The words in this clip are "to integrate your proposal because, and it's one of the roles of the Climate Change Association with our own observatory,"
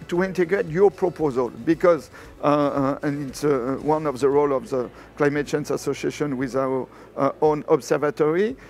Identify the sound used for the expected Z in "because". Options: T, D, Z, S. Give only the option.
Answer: Z